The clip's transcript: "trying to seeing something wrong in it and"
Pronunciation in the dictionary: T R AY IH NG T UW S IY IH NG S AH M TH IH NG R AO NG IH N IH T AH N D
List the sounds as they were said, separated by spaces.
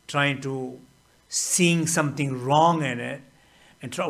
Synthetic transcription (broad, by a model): T R AY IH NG T UW S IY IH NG S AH M T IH NG R AO NG IH N IH T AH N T